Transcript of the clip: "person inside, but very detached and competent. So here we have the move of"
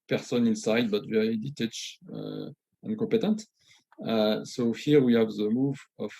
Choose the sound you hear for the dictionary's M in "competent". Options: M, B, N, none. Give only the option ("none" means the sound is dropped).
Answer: none